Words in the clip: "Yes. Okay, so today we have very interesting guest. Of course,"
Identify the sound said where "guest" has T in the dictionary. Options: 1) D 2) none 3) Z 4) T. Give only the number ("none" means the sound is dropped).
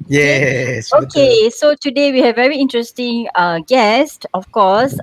4